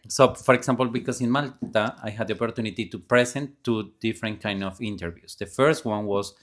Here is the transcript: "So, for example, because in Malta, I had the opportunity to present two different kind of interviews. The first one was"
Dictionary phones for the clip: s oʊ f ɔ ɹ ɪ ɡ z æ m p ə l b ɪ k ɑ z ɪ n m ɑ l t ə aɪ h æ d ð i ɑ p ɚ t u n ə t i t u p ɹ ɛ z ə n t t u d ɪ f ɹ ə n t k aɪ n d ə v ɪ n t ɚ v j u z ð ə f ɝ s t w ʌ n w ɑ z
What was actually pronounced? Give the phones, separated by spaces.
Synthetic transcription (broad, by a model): s oʊ f ɔ ɹ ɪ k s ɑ m p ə l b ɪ k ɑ s ɪ n m ɑ l t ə aɪ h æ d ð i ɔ p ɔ t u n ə t i t u p ɹ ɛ s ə n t t u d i f ɹ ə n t k aɪ n d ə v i n t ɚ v j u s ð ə f ɝ s t w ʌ n w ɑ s